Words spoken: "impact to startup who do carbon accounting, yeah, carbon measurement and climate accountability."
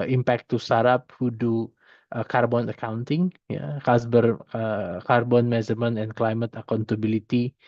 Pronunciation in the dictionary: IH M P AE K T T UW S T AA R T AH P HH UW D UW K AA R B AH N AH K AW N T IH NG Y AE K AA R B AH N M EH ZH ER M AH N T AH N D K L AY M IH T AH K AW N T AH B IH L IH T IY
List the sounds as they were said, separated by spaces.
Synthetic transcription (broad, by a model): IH M P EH K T T UW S AA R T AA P HH UW D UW K AA R B AH N AH K AW N T IH NG Y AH K AA R B AH N M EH Z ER M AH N AH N K L AY M IH T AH K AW N T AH B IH L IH T IY